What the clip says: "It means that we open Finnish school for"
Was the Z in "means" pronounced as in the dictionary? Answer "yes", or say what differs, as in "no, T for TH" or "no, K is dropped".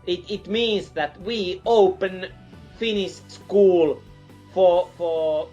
no, S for Z